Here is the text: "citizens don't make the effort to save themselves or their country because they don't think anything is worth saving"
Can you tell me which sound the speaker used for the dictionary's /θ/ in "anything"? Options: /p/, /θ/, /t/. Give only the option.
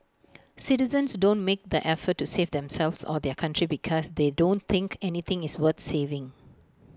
/t/